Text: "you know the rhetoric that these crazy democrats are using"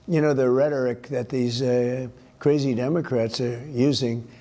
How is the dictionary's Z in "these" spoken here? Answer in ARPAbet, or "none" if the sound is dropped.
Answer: Z